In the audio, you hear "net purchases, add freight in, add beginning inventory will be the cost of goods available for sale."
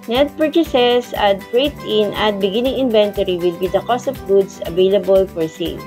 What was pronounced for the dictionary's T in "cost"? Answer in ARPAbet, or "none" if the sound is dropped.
T